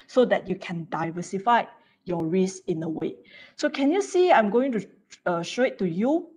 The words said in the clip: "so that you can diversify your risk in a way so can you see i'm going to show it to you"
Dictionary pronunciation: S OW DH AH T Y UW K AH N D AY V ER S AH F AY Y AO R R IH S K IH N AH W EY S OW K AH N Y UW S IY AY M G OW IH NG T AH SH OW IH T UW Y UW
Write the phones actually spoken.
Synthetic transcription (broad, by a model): S OW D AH T Y UW K AH N D AY V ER S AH F AY Y AO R R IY S IH N AH W EY S OW K AH N Y UW S IY AY M G OW IH NG T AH SH OW IH T UW Y UW